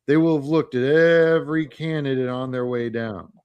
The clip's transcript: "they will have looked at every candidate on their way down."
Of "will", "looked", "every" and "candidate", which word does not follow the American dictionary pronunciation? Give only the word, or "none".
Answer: none